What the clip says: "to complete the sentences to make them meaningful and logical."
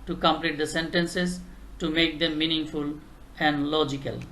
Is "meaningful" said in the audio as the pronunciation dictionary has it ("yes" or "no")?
yes